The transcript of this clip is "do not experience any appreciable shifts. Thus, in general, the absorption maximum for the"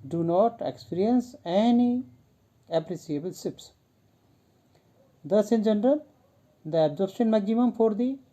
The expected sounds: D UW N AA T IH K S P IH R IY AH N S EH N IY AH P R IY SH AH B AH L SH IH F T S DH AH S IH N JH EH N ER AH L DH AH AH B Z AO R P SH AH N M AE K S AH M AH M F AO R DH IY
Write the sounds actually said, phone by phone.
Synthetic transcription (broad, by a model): D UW N AA T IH K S P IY R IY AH N S EH N IY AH P R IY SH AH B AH L S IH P S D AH S IH N JH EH N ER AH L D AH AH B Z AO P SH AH N M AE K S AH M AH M F AO R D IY